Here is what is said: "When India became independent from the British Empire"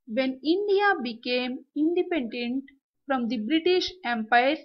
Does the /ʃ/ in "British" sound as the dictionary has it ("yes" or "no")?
yes